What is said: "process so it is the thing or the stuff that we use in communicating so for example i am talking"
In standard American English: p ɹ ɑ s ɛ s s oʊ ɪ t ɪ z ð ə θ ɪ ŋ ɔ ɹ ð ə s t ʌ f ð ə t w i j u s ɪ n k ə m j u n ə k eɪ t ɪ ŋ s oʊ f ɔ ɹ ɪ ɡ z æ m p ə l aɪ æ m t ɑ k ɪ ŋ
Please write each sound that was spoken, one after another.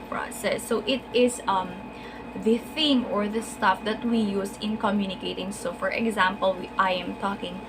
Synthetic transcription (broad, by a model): p ɹ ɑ s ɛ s s oʊ ɪ t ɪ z ð ə θ ɪ ŋ ɔ ɹ ð ə s t ʌ f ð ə t w i j u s ɪ n k ə m j u n ə k eɪ t ɪ ŋ s oʊ f ɔ ɹ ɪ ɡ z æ m p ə l aɪ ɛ m t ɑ k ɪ ŋ